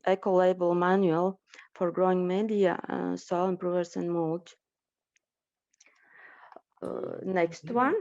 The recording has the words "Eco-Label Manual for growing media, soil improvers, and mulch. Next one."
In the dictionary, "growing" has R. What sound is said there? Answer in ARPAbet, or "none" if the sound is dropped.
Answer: R